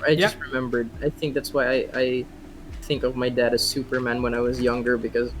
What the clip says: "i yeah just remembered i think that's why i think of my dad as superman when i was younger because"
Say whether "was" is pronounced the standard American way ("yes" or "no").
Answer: yes